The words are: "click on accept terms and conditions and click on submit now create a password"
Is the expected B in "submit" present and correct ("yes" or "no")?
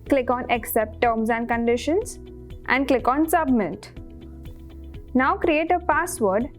yes